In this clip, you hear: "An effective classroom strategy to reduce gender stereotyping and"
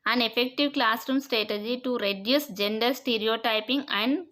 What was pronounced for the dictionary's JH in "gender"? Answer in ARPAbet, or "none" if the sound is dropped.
JH